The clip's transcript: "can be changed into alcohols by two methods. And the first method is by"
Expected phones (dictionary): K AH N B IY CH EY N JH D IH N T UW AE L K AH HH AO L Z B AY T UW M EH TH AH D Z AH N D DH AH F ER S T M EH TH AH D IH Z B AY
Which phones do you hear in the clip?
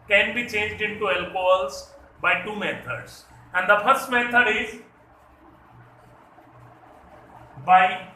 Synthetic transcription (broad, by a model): K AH N B IY CH EY N JH D IH N T UW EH L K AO L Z B AY T UW M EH T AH D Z AH N D AH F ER S T M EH T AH D IH Z B AY